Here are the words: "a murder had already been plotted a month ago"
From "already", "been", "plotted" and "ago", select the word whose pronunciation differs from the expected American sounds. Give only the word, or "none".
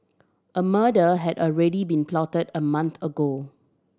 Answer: none